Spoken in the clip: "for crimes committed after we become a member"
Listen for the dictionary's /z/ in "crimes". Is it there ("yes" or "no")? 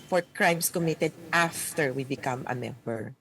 no